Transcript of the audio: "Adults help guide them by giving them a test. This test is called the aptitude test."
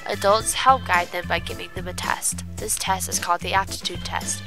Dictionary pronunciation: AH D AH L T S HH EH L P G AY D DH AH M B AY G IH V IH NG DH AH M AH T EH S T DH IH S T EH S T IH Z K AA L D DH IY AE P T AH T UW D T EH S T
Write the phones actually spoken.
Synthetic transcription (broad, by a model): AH D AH L T S HH EH L P G AY D DH AH M B AY G IH V IH NG DH AH M AH T EH S T DH IH S T EH S T IH Z K AA L D DH IY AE T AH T UW D T EH S T